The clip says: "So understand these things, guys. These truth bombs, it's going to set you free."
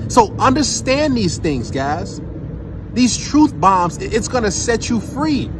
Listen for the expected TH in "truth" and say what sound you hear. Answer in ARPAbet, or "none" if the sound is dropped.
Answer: TH